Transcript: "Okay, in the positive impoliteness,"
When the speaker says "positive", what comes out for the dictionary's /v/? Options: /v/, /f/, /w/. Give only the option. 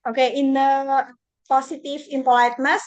/f/